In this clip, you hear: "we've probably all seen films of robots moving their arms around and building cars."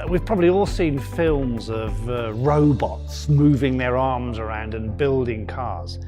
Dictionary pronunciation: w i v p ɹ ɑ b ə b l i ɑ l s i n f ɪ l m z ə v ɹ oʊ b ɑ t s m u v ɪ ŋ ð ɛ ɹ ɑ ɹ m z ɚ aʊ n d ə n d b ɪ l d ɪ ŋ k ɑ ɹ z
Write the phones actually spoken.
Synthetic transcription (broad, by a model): w i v p ɹ ɑ b ə b l i ɑ l s i n f ɪ l m z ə v ɹ oʊ b ɑ t s m u v ɪ ŋ ð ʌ ɹ ɑ ɹ m z ɚ aʊ n d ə n b ɪ l d ɪ ŋ k ɑ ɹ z